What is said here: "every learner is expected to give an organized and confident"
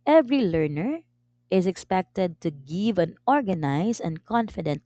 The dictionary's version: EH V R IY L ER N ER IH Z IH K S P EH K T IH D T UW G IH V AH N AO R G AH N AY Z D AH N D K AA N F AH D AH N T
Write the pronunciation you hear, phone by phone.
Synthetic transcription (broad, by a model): EH V R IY L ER N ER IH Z IH K S P EH K T IH D T UW G IH V AH N AO R G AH N AY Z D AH N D K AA N F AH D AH N T